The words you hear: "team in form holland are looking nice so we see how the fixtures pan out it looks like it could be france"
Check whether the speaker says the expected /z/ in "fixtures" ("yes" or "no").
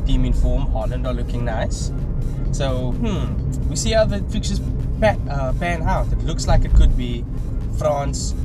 no